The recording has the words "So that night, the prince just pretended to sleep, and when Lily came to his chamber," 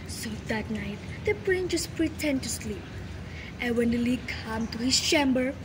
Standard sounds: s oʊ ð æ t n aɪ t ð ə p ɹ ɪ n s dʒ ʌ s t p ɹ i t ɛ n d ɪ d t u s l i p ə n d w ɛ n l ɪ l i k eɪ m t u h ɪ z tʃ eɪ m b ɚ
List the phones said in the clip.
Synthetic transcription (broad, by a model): s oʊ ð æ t n aɪ t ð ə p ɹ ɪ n dʒ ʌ s p ɹ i t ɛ n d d t u s l i p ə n w ɛ n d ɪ l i k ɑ m t u h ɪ s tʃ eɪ m b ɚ